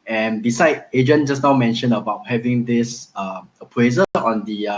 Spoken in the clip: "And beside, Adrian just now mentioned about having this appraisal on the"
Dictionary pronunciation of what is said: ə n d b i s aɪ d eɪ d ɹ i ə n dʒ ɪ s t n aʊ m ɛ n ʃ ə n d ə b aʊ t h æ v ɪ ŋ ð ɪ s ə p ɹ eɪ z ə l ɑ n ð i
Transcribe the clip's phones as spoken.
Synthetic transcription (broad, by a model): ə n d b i s aɪ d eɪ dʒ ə n dʒ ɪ s n aʊ m ɛ n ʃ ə n ə b aʊ t h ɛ v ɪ ŋ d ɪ s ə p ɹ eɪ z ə ɑ n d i